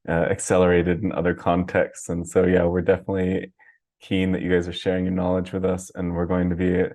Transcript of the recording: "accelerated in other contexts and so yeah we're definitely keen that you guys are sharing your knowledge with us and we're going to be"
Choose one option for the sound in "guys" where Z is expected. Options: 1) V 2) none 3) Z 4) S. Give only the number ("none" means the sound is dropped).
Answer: 3